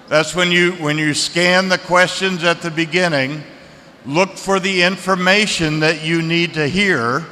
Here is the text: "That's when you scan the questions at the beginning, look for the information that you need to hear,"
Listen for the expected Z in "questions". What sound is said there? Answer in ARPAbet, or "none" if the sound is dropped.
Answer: Z